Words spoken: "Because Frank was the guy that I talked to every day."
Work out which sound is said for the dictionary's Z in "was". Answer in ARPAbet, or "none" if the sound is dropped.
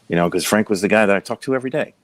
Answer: Z